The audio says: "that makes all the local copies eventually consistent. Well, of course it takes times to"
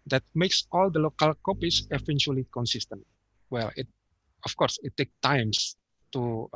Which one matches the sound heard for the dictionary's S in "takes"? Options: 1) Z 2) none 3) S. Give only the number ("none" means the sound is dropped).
2